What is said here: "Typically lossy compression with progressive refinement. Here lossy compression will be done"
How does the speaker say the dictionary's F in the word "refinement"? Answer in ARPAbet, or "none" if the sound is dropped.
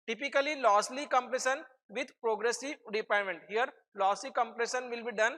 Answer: P